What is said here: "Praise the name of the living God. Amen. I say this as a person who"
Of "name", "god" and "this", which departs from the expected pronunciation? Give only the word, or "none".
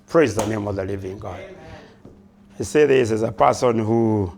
none